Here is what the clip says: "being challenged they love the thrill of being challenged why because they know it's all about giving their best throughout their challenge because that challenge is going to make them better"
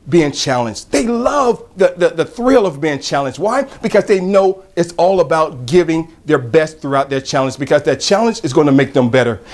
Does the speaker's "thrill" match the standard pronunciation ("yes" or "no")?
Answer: yes